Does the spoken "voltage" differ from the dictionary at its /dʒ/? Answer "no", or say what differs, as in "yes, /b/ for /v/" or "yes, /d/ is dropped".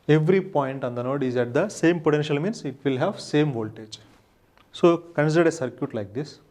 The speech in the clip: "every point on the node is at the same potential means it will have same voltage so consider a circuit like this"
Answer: no